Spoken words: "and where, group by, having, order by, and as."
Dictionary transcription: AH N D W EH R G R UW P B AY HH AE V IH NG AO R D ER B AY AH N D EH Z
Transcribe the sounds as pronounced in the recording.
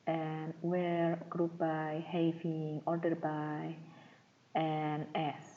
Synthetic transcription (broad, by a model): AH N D W EH R G R UW P B AY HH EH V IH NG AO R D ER B AY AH N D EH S